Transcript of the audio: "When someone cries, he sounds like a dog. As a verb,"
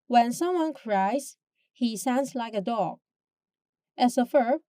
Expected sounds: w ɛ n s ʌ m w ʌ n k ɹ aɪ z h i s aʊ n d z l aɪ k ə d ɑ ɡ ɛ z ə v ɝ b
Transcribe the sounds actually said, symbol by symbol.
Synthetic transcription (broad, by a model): w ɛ n s ʌ m w ʌ n k ɹ aɪ z h i s aʊ n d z l aɪ k ə d ɑ ɡ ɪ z ə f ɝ